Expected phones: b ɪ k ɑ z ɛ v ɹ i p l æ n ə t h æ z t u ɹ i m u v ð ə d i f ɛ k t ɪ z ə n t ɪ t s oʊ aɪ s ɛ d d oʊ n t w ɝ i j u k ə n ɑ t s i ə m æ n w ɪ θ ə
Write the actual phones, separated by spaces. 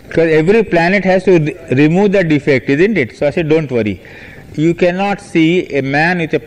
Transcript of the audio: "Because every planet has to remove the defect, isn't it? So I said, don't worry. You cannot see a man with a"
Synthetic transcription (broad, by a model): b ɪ k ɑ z ɛ v ɹ i p l æ n ə t h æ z t u ɹ i m u v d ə d i f ɛ k t ɪ z ə n t ɪ t s oʊ aɪ s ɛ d d oʊ n t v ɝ i j u k ə n ɑ t s i ə m æ n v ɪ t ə